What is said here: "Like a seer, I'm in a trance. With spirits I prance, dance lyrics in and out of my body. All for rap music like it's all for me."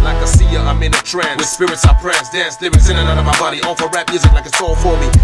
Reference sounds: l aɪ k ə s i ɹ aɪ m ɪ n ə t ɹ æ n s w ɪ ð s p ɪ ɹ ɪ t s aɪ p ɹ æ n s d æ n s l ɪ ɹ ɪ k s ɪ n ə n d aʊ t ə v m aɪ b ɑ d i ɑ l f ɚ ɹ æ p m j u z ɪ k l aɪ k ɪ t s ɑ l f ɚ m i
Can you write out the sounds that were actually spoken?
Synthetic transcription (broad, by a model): l aɪ k ə s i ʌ aɪ m ɪ n ə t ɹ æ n w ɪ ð s p ɪ ɹ ɪ t s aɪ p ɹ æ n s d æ s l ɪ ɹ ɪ s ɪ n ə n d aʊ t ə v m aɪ b ɑ d i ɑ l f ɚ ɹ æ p m j u z ɪ k l aɪ k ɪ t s ɑ l f ɚ m i